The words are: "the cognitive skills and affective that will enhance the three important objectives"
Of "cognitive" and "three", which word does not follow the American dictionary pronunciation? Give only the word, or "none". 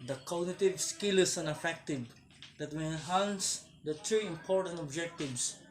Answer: three